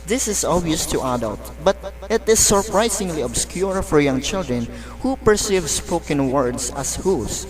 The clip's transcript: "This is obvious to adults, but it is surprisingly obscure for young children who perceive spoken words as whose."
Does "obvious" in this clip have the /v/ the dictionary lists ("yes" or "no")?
no